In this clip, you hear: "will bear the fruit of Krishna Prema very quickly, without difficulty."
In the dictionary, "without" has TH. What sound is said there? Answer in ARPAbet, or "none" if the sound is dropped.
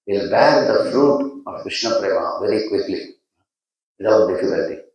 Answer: T